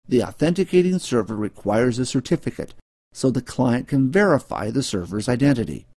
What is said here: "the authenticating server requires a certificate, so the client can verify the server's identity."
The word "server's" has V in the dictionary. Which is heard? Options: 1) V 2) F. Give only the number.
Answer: 1